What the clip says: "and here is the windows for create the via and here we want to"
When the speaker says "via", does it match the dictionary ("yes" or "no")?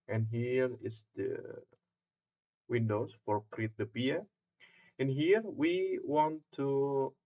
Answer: no